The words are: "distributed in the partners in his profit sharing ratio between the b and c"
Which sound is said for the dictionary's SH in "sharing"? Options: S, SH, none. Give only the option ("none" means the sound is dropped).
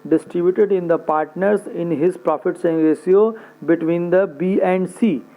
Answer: S